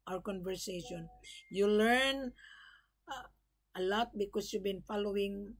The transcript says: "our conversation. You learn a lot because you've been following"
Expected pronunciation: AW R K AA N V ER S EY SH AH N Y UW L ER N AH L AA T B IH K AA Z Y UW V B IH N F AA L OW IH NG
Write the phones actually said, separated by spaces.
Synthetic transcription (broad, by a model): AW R K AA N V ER S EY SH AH N Y UW L ER N AH L AA T B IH K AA S Y UW V B IH N F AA L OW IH NG